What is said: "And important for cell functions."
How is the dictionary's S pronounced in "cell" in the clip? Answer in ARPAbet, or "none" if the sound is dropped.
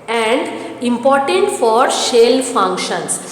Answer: SH